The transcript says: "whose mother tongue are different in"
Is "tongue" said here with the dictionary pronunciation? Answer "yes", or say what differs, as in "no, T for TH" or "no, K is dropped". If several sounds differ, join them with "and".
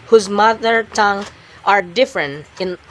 yes